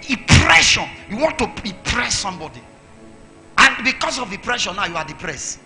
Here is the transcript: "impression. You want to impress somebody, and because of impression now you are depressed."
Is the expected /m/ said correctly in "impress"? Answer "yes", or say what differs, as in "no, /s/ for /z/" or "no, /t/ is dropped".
no, /m/ is dropped